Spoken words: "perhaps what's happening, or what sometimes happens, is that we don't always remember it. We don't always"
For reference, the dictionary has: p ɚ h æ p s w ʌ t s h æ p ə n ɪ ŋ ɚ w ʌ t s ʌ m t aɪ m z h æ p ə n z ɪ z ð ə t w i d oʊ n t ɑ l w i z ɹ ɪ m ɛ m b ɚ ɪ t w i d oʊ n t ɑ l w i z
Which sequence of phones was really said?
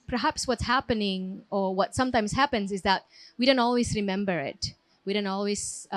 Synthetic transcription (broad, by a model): p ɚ h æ p s w ʌ t s h æ p ə n ɪ ŋ ɚ w ʌ t s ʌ m t aɪ m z h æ p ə n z ɪ z ð ə t w i d oʊ n t ɑ l w i z ɹ ɪ m ɛ m b ɚ ɪ t w i d oʊ n t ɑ l w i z